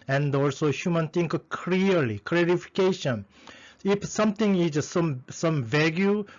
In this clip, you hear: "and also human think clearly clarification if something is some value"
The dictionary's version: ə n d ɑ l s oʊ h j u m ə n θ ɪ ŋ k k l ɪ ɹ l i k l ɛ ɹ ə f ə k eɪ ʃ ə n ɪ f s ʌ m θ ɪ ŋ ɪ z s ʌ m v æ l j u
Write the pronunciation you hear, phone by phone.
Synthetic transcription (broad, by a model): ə n d ɑ l s oʊ h j u m ə n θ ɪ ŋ k k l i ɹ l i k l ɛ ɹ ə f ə k eɪ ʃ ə n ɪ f s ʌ m t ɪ ŋ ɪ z s ʌ m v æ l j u